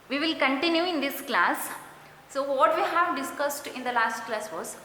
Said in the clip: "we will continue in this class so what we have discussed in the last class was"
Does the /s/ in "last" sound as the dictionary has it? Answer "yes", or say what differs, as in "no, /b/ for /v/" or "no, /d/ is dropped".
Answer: yes